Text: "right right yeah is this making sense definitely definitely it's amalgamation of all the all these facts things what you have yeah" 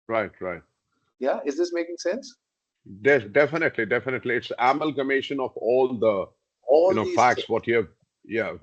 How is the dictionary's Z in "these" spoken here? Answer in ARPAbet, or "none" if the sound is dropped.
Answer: none